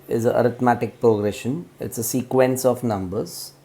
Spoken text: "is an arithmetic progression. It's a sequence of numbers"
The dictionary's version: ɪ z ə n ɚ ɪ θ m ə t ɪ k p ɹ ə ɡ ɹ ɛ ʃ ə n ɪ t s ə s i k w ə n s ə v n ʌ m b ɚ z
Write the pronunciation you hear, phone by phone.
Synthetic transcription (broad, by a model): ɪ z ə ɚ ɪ t m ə t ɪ k p ɹ ə ɡ ɹ ɛ ʃ ə n ɪ t s ə s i k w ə n s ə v n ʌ m b ɚ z